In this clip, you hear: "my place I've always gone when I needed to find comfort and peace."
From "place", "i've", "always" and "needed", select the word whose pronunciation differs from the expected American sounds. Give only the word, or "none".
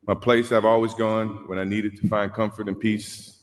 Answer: none